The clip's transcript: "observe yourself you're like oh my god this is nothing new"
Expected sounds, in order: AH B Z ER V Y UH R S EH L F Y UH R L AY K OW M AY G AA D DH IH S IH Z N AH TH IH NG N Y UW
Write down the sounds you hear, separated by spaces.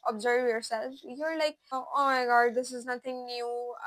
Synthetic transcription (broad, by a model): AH B Z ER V Y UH R S EH L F Y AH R L AY K OW M AY G AA D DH IH S IH Z N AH T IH NG N Y UW